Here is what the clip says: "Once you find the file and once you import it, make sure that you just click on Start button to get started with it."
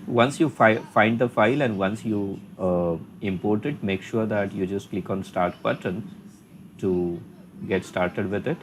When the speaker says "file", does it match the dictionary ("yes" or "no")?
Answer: yes